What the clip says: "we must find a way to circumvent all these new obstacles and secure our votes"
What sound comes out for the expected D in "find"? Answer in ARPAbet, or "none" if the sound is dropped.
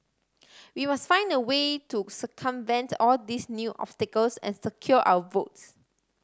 D